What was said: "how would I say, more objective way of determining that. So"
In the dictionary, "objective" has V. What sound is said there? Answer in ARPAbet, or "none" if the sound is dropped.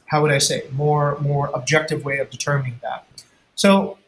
V